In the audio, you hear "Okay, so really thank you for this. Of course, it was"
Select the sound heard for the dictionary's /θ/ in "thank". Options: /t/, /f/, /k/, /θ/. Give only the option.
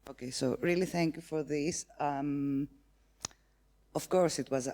/θ/